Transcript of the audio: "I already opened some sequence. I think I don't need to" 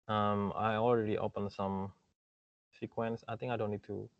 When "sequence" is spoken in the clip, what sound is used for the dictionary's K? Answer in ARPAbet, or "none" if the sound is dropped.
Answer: K